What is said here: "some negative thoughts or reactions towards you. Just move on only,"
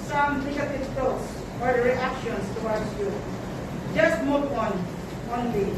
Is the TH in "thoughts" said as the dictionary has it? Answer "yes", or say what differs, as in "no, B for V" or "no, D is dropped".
no, T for TH